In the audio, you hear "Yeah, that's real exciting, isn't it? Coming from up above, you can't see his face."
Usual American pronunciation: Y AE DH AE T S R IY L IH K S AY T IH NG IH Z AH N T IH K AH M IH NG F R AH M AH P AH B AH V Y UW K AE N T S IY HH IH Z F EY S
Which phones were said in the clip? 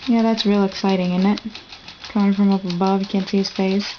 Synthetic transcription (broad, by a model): Y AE DH AE T S R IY L IH K S AY T IH NG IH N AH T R IH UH IH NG F R AH M AH P AH B AH V Y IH K AE N T S IY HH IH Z F EY S